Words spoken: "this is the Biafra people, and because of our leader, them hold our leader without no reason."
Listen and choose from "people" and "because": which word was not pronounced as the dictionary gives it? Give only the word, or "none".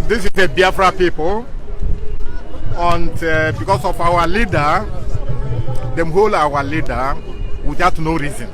because